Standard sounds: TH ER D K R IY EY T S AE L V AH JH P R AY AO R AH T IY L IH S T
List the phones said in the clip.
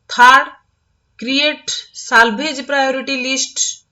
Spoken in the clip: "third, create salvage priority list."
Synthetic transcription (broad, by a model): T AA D K R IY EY T S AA L B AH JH P R AY AO R AH T IY L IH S T